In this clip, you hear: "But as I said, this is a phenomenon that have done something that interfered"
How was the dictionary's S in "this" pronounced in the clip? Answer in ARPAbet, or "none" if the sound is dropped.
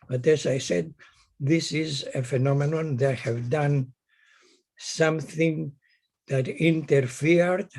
S